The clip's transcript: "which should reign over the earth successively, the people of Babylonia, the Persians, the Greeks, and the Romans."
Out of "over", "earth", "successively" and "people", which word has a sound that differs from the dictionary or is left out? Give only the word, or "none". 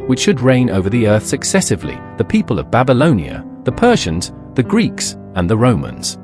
none